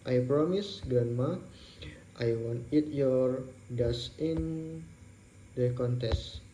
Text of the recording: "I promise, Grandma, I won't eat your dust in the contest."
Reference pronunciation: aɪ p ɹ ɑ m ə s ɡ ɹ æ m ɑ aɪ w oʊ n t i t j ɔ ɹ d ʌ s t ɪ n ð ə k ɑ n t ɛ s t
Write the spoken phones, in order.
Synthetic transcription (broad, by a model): aɪ p ɹ ɑ m ə s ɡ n m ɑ aɪ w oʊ n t i t j ɔ ɹ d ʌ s ɪ n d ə k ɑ n t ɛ s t